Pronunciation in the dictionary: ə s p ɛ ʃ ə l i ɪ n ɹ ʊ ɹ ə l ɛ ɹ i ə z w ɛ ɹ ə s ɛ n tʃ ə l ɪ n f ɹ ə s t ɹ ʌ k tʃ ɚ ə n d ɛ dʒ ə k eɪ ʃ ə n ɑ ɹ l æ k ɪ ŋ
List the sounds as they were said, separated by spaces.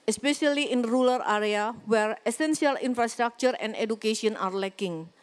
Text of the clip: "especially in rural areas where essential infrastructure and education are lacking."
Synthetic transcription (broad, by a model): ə s p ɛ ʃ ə l i ɪ n ɹ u l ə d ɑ ɹ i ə w ɛ ɹ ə s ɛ n s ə l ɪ n f ɹ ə s t ɹ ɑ k tʃ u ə n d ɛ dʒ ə k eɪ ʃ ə n ɑ ɹ l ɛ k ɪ ŋ